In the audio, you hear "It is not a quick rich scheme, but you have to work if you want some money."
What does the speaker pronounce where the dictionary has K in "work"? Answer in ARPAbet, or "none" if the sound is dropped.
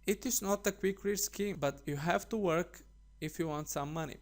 K